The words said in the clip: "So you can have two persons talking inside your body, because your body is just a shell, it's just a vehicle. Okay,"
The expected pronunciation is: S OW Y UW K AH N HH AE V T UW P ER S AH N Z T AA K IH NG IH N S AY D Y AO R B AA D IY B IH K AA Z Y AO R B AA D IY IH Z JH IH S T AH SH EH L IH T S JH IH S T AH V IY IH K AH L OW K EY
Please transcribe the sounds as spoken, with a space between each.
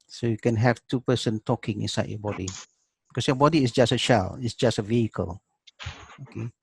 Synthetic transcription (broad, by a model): S OW Y UW K AH N HH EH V T UW P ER S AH N T AA K IH NG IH N S AY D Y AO B AA D IY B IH K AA S Y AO B AA D IY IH S JH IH S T AH SH EH L IH T S JH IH S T AH V IY IH K AH L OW K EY